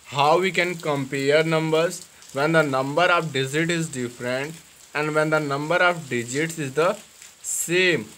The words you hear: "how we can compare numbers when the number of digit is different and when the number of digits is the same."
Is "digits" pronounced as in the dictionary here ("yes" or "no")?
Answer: yes